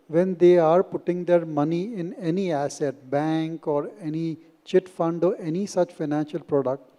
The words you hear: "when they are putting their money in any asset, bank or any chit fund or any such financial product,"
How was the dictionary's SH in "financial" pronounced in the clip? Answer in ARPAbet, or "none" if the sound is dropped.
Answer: SH